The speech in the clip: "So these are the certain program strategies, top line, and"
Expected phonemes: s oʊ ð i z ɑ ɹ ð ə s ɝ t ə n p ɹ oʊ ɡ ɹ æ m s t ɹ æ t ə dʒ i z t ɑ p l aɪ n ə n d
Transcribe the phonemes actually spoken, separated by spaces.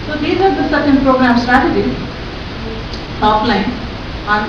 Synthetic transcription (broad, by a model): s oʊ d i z ɑ ɹ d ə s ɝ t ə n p ɹ oʊ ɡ ɹ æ m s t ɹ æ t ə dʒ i t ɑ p l aɪ n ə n